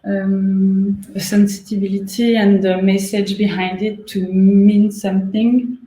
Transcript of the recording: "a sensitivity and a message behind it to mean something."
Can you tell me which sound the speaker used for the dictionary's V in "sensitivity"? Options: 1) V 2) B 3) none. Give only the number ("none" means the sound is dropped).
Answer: 2